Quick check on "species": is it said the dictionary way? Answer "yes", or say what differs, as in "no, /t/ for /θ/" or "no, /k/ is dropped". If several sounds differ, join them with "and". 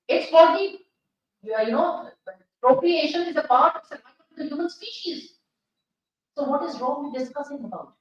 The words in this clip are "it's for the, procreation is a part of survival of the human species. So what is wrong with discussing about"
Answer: yes